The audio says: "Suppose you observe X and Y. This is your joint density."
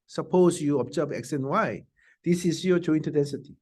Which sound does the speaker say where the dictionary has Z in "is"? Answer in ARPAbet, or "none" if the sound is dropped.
S